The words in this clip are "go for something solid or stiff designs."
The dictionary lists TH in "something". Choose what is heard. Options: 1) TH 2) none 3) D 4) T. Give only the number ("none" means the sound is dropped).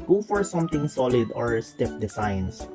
4